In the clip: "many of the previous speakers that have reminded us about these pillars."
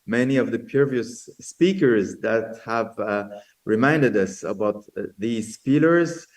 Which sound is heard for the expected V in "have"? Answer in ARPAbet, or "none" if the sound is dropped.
V